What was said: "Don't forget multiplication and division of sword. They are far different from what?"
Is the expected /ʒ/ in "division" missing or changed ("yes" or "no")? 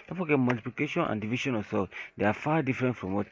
yes